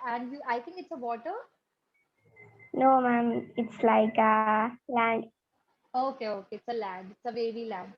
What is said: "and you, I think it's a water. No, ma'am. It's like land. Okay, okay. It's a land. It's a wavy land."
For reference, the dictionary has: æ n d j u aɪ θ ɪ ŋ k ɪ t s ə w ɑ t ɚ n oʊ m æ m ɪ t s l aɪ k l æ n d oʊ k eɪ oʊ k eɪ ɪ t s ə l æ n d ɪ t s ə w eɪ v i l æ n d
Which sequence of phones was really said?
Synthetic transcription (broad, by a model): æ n d j u aɪ t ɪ ŋ k ɪ t s ə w ɑ t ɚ n oʊ m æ m ɪ t s l aɪ k l æ n d oʊ k eɪ oʊ k eɪ ɪ t s ə l æ n d ɪ t s ə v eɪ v i l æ n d